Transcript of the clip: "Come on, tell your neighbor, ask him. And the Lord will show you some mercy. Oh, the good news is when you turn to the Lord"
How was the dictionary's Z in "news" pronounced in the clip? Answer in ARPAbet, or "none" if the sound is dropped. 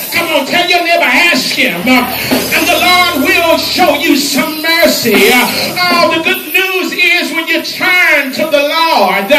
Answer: Z